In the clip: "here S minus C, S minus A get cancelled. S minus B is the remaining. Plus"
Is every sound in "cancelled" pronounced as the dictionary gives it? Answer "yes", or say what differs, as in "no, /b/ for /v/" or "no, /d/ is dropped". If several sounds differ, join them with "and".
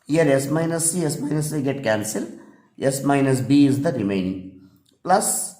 no, /d/ is dropped